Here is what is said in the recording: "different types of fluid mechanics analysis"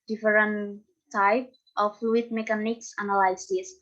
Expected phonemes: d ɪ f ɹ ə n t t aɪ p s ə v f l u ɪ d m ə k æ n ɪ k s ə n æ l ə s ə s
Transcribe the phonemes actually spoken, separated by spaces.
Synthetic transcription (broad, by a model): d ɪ f ɹ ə n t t aɪ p ə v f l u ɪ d m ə k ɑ n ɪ k s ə n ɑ l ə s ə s